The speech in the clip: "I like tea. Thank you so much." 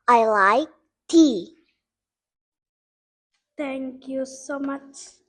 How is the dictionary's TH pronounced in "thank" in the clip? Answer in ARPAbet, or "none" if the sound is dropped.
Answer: T